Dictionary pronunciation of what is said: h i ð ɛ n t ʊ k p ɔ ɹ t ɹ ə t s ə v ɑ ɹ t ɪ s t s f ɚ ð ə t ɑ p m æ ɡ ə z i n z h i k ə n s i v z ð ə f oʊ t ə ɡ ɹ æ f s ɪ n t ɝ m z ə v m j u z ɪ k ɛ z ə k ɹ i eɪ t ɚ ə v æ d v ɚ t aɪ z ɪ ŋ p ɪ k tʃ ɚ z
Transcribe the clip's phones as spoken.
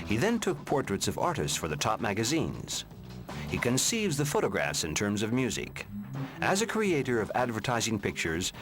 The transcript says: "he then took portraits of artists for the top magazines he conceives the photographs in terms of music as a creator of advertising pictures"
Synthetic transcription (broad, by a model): h i ð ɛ n t ʊ k p ɔ ɹ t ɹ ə t s ə v ɑ ɹ t ɪ s t s f ɚ ð ə t ɑ p m æ ɡ ə z i n z h i k ə n s i v z ð ə f oʊ t ə ɡ ɹ æ f s ɪ n t ɝ m z ə v m j u z ɪ k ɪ z ə k ɹ i eɪ t ɚ ə v æ d v ɚ t aɪ z ɪ ŋ p ɪ k tʃ ɚ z